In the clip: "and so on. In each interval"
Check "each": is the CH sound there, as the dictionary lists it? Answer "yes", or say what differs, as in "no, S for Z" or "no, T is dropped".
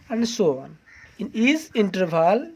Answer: no, S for CH